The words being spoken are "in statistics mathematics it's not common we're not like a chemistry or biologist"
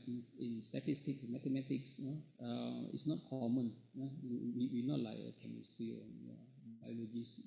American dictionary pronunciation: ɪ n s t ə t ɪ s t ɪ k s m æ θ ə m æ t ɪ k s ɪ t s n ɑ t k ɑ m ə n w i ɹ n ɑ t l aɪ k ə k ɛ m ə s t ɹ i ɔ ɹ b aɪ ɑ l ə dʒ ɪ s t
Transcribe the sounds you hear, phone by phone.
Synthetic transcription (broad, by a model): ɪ n s t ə t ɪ s t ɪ k s m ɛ t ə m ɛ t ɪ k s ɪ t s n ɑ t k ɑ m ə n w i w n ɑ t l aɪ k ə k ɛ m ə s t ɹ i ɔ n b aɪ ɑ l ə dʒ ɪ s